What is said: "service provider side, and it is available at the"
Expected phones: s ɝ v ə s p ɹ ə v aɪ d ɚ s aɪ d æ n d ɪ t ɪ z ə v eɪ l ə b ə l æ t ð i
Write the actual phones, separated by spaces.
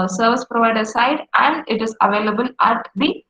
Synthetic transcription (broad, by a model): s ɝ v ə s p ɹ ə v aɪ d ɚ s aɪ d æ n d ɪ t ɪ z ə v eɪ l ə b ə l æ t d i